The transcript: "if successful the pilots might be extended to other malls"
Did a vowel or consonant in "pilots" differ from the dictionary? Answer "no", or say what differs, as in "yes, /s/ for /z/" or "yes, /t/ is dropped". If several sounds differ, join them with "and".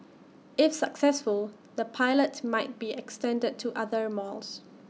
yes, /s/ is dropped